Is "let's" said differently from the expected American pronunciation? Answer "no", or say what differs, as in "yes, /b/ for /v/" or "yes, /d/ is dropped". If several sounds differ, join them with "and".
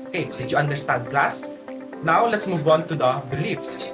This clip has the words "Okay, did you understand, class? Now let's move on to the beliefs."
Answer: no